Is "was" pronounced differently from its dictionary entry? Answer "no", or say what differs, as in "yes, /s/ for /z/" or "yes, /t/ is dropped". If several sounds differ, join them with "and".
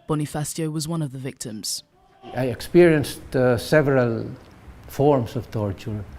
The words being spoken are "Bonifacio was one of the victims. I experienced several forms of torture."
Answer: no